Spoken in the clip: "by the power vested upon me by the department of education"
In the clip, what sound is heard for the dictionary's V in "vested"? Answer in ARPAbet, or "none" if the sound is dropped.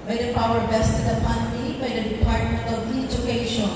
B